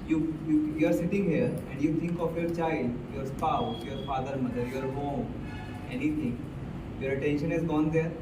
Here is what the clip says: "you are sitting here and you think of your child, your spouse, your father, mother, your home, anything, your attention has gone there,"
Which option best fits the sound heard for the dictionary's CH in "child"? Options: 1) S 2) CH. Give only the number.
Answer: 2